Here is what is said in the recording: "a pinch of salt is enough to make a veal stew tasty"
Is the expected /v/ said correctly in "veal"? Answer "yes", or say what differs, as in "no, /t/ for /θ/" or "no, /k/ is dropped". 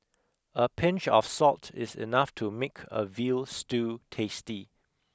yes